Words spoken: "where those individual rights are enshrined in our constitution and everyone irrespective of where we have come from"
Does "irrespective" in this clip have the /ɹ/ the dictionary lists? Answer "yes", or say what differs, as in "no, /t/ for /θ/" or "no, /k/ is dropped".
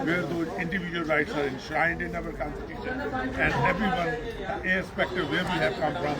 no, /ɹ/ is dropped